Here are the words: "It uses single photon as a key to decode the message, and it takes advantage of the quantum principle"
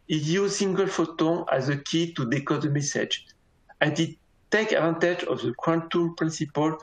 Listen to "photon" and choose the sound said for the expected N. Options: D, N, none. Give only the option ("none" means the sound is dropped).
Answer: none